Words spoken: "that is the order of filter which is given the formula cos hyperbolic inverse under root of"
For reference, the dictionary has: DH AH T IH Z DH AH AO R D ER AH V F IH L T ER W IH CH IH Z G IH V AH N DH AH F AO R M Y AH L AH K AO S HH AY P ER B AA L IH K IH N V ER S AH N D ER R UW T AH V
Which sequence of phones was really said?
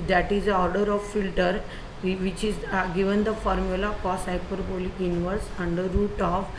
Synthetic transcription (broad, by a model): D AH T IH Z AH AO R D ER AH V F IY L T ER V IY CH IH Z G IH V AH N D AH F AO R M Y AH L AH K AO S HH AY P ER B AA L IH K IH N V ER S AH N D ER R UW T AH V